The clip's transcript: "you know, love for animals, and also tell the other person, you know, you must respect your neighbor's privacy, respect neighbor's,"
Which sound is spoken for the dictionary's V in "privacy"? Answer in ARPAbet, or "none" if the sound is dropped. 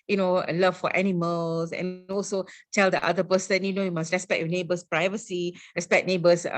V